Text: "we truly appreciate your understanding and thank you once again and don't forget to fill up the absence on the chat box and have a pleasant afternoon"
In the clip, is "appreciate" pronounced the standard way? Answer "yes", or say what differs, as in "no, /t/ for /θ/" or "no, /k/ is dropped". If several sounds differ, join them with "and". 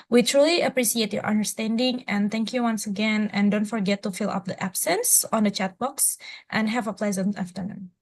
no, /s/ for /ʃ/